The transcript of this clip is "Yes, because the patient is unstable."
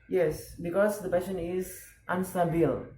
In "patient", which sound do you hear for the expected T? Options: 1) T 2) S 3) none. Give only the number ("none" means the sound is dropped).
3